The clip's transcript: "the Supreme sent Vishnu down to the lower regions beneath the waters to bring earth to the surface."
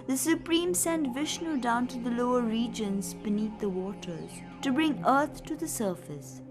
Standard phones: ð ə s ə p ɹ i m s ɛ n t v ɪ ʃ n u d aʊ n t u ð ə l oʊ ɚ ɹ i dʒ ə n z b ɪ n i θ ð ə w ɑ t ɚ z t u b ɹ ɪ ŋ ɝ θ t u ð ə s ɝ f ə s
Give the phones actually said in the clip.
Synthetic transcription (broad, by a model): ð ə s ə p ɹ i m s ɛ n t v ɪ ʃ n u d aʊ n t u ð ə l oʊ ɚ ɹ i dʒ ə n z b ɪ n i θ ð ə w ɑ t ɚ z t u b ɹ ɪ ŋ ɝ t t u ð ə s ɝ f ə s